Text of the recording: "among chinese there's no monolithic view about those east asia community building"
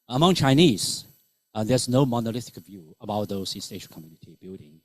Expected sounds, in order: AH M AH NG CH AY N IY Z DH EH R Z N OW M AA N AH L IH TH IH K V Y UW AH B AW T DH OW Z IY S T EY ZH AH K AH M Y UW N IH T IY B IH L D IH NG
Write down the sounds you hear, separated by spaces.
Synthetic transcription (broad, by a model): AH M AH NG CH AY N IY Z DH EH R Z N OW M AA N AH L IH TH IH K V Y UW AH B AW T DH OW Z IY S T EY SH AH K AH M Y UW N IH T IY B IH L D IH NG